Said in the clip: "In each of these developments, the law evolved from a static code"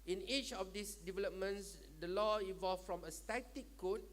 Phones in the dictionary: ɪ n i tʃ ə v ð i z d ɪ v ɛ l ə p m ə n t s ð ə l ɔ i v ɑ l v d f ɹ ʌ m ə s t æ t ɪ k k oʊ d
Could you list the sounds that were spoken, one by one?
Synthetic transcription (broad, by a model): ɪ n i tʃ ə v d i s d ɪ v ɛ l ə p m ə n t s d ə l ɔ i v ɑ l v f ɹ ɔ m ə s t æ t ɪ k k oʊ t